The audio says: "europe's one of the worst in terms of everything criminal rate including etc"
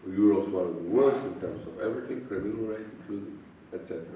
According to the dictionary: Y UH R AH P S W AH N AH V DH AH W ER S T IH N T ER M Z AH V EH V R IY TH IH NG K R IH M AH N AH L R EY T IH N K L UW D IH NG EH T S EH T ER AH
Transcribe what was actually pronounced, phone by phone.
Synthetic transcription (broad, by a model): Y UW R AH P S W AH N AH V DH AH W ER S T IH N T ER M S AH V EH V R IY T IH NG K R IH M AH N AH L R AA IH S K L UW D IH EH T S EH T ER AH